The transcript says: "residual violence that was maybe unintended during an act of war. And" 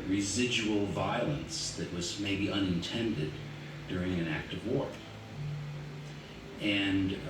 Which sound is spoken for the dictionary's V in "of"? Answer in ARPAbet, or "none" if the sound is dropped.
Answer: V